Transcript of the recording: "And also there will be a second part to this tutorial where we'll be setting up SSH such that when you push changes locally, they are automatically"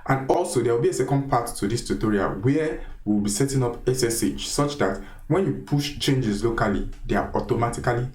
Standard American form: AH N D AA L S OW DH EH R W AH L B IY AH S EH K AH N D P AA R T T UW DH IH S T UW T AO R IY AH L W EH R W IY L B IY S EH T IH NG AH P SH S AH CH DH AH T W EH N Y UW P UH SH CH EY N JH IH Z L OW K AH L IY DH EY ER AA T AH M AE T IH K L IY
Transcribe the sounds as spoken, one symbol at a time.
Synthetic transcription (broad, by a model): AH N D AA L S OW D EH W AH L B IY AH S EH K AH N D P AA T T UW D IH S T UW T AO R IY AH L W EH W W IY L B IY S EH T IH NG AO P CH S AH CH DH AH T W EH N Y UW P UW SH CH EY N JH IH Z L OW K AH L IY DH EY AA AA T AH M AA T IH K L IY